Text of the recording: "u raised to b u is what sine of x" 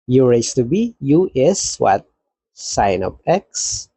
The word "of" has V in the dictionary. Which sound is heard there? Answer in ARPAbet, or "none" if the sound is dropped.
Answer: P